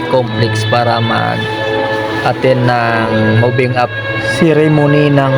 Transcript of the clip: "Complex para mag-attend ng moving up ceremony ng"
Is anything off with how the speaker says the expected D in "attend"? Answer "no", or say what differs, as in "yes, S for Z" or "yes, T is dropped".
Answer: yes, D is dropped